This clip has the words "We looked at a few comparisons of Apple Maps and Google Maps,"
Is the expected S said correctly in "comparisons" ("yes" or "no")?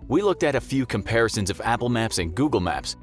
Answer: yes